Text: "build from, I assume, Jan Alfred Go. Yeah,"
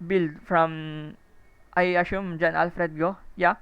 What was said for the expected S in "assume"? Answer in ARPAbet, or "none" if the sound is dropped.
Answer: SH